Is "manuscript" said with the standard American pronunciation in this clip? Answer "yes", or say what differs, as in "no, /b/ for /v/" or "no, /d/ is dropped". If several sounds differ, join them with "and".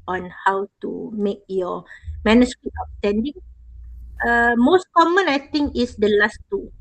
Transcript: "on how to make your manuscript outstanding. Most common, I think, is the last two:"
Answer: no, /p/ is dropped